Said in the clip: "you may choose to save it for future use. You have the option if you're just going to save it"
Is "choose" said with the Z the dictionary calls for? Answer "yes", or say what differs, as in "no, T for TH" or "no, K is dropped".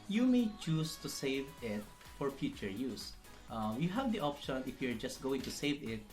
no, S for Z